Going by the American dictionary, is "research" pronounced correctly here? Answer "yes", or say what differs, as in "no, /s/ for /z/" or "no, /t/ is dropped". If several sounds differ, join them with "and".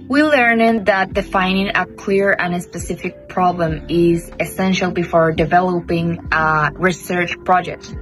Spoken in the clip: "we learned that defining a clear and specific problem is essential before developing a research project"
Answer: yes